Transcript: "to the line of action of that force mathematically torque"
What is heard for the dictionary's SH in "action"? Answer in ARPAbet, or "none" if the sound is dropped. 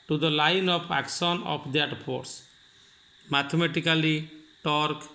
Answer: S